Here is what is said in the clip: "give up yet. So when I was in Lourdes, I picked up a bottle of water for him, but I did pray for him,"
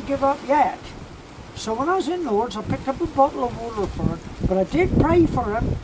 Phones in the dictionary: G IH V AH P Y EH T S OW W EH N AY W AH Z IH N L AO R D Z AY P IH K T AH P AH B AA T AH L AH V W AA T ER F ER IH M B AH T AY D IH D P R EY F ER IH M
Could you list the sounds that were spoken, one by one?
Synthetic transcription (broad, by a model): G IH V AH P Y EH T S OW W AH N AY W AH Z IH N W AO R D Z AY P IH K T AH P AH B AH T L AH V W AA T ER F ER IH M B AH T AY D IH D P R EY F ER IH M